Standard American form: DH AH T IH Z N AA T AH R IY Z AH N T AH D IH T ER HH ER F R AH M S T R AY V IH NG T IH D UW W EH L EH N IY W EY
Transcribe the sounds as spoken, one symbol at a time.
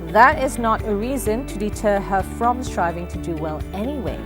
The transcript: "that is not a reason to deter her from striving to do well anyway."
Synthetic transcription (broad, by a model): DH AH T IH Z N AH T AH R IY Z AH N T AH D IH T ER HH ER F R AH M S T R AY V IH NG T IH D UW W EH L EH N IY W EY